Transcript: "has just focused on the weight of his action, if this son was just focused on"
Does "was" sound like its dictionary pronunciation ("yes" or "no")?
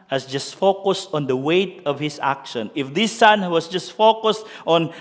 no